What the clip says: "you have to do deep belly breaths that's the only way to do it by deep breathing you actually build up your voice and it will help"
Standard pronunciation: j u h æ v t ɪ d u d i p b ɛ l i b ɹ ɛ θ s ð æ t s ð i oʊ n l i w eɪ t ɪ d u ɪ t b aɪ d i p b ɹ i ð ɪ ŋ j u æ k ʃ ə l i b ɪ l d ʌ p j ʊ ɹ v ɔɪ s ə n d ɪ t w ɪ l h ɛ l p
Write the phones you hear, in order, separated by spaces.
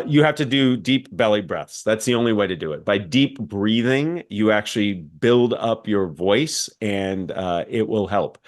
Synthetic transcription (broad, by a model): j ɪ h æ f t ɪ d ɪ d i p b ɛ l i b ɹ ɛ θ s ð æ t s ð i oʊ n l i w eɪ t ɪ d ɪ ɪ t b aɪ d i p b ɹ i ð ɪ ŋ j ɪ æ k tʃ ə l i b ɪ l d ʌ p j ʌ ɹ v ɔɪ s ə n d ɪ t w ɪ l h ɛ l p